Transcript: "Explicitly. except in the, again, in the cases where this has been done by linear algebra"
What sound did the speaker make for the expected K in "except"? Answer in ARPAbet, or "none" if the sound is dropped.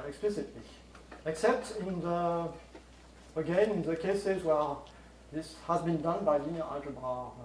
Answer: K